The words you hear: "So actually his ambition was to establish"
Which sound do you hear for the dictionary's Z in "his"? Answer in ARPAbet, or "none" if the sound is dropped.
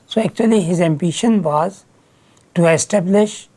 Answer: Z